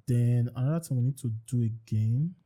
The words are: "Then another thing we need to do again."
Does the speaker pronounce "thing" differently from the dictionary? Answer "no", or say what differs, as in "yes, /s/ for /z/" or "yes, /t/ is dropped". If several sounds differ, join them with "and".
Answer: yes, /t/ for /θ/